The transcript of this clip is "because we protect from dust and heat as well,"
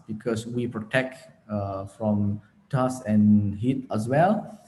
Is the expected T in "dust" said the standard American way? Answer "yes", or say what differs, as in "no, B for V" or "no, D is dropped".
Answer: no, T is dropped